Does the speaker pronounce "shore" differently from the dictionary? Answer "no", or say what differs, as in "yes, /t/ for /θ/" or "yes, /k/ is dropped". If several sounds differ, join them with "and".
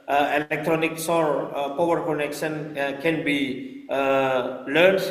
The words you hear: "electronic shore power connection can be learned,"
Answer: yes, /s/ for /ʃ/